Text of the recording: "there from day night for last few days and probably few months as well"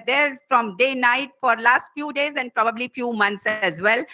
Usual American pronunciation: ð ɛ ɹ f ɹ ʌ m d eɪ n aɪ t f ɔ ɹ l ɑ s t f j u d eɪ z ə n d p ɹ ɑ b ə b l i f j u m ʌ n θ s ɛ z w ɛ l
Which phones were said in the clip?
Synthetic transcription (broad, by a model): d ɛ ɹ f ɹ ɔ m d eɪ n aɪ t f ɔ ɹ l ɑ s t f j u d eɪ z ə n d p ɹ ɑ b ə b l i f j u m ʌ n t s ɛ z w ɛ l